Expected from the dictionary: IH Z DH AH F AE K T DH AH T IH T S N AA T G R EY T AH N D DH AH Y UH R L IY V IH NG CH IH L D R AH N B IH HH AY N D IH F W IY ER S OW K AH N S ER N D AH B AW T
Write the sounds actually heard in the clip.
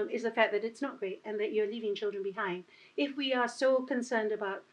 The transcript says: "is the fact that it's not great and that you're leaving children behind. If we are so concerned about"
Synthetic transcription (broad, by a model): IH Z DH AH F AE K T DH AH T IH T S N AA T G R EY T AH N DH AH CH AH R L IY V IH NG CH IH L D R AH N B IH HH AY N D IH F W IY ER S OW K AH N S ER N D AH B AW T